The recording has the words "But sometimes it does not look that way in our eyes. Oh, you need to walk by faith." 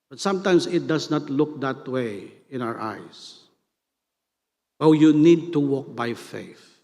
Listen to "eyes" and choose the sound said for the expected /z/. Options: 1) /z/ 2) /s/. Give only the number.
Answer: 2